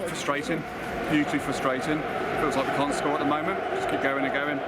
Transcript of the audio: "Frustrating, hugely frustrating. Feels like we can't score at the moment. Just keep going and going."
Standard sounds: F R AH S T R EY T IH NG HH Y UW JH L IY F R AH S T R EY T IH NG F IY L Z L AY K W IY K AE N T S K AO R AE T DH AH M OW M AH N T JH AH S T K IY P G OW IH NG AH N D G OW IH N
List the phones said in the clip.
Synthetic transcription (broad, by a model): F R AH S T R EY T IH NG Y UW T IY F R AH S T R EY T IH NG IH W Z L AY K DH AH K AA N S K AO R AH T DH AH M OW M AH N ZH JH AH S K IY P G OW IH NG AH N G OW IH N